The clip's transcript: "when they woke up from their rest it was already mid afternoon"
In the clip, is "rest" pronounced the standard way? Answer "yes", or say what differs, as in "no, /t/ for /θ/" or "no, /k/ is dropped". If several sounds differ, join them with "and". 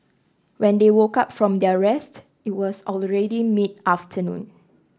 yes